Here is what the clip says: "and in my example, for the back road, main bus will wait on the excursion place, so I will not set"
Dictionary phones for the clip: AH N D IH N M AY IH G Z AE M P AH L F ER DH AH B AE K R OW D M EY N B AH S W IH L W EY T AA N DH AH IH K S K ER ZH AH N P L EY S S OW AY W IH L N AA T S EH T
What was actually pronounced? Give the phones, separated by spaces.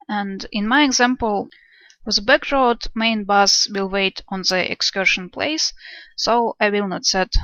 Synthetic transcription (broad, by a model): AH N D IH N M AY IH G Z AE M P AH L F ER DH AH B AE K R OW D M EY N B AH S W IH L W EY T AA N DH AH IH K S K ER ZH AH N P L EY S S OW AY W IH L N AA T S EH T